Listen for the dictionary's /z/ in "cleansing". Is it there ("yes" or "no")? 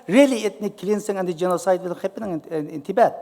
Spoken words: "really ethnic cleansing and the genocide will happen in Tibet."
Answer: no